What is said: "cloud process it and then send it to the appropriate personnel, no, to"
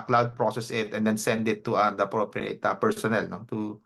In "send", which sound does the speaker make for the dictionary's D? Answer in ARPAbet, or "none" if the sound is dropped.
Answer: D